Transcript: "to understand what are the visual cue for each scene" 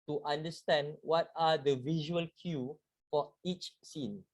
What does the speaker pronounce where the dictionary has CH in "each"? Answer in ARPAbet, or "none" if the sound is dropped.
CH